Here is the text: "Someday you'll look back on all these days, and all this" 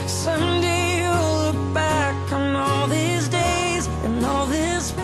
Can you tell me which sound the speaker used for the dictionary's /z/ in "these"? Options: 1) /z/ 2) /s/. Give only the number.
1